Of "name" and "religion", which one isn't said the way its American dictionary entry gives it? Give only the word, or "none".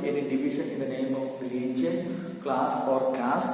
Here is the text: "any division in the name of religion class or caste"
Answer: religion